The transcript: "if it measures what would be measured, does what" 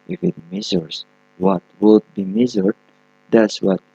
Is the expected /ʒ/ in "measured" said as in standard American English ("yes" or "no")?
no